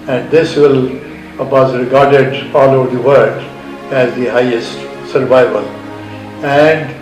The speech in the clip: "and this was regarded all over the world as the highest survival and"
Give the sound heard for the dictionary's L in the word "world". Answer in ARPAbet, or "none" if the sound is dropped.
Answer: none